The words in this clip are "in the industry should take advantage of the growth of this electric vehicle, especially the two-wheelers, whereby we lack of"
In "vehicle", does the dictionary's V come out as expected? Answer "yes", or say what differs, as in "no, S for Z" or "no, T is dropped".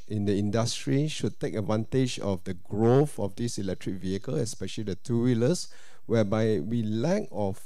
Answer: yes